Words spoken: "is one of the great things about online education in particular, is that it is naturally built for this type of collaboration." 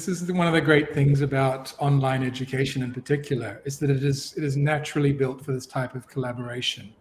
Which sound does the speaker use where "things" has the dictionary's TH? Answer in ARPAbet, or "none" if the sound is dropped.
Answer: TH